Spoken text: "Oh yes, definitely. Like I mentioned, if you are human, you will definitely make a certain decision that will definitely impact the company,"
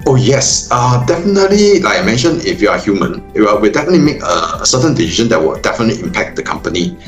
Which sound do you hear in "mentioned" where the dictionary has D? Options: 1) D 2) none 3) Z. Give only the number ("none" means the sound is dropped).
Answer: 2